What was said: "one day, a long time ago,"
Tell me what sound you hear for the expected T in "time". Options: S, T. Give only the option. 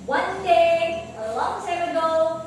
S